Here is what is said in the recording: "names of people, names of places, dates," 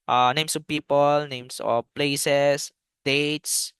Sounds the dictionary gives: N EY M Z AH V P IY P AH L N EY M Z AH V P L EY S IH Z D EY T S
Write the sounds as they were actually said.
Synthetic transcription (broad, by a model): N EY M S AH P IY P AH L N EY M S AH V P L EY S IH S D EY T S